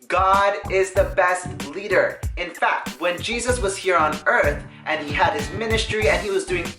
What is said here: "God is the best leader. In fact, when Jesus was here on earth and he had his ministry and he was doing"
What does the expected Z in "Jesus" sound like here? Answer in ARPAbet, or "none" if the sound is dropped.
Z